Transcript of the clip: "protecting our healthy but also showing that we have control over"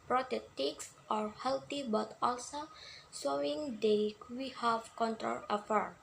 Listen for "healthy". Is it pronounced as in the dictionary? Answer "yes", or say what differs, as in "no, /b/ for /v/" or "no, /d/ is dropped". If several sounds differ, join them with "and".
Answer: no, /t/ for /θ/